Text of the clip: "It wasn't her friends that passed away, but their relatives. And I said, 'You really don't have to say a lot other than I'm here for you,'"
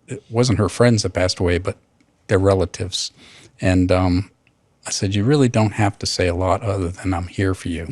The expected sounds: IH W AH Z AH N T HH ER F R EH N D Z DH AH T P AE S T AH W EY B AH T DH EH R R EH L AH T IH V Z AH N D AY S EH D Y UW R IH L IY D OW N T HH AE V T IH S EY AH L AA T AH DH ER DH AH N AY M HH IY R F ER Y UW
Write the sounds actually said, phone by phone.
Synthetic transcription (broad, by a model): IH W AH Z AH N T HH ER F R EH N D Z DH AH T P AE S T AH W EY B AH T DH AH R R EH L AH T IH V Z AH N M AY S EH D Y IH R IH L IY D OW N T HH AE F T IH S EY AH L AA T AH DH ER DH AH N AY M HH IY R F ER Y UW